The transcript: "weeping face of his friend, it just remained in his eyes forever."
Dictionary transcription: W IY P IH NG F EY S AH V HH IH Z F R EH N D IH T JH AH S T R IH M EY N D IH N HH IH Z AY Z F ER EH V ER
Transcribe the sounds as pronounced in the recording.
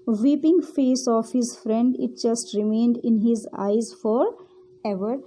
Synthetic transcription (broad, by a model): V IY P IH NG F EY S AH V HH IH Z F R EH N D IH T JH AH S T R IH M EY N D IH N HH IH Z AY Z F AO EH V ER